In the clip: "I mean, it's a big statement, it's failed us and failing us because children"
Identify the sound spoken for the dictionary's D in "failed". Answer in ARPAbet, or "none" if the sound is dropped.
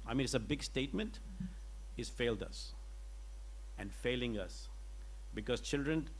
D